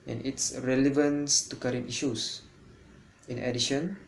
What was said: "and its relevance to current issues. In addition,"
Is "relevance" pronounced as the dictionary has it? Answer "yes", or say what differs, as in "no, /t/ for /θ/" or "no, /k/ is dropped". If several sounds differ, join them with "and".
yes